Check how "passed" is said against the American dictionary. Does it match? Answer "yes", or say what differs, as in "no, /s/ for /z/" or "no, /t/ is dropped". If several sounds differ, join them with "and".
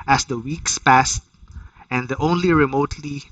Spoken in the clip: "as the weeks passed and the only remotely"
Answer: yes